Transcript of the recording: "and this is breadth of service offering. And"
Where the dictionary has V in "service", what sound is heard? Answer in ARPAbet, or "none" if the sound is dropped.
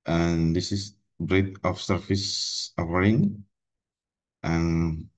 F